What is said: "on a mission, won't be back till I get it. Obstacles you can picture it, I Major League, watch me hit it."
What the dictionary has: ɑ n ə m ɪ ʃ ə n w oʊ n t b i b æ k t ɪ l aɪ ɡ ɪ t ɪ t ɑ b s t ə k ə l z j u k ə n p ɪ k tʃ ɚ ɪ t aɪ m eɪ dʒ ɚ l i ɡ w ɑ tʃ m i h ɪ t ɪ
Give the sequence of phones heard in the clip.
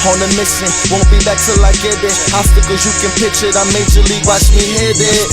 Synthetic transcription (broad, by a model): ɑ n ə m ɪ s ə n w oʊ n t b i b æ k t ɪ l aɪ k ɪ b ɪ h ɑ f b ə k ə z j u k ə n p ɪ tʃ ɪ t aɪ m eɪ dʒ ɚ l i ɡ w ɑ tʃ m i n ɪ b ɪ